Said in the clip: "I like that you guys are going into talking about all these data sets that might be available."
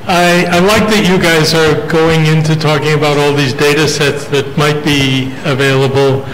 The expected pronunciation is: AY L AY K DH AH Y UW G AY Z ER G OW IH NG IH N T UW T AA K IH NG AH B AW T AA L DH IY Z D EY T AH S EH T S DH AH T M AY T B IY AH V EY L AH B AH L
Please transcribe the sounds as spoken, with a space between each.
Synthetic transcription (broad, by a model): AY L AY K DH AH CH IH G AY Z ER G OW IH NG IH N T UW T AA K IH NG AH B AW T AA L DH IY Z D EY T AH S EH T S DH AH T M AY T B IY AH V EY L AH B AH L